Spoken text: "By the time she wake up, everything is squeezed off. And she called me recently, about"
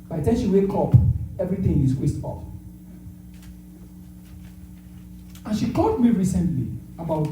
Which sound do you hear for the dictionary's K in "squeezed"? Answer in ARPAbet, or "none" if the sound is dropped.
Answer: none